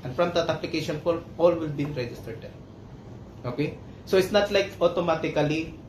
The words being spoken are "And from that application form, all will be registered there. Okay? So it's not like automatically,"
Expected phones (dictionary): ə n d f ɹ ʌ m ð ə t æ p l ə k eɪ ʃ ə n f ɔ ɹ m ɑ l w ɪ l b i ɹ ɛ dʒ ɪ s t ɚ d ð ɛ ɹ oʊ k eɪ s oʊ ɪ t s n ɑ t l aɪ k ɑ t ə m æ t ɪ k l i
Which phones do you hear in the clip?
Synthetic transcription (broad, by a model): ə n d f ɹ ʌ m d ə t æ p l ə k eɪ ʃ ə n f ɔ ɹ ɑ l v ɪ l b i ɹ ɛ dʒ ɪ s t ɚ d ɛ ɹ oʊ k eɪ s oʊ ɪ t s n ɑ t l aɪ k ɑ t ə m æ t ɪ k l i